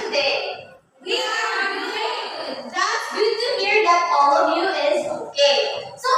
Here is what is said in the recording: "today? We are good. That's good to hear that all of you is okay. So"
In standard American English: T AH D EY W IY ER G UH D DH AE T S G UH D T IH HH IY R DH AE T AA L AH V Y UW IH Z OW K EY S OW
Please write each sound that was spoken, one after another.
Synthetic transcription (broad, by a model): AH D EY W IY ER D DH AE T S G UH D T IH HH IY R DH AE T AA L AH V Y UW IH Z OW K EY S OW